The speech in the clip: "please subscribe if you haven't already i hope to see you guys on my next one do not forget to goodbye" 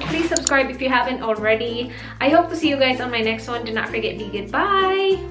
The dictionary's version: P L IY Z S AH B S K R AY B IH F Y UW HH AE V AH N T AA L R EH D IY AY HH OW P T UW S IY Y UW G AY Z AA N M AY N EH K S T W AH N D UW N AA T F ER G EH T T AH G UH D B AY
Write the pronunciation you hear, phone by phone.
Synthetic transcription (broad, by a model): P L IY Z S AH B S K R AY B IH F Y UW HH AE V AH N T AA L R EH D IY AY HH OW P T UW S IY Y UW G AY Z AA N M AY N EH K S T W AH N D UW N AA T F ER G EH T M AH G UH D B AY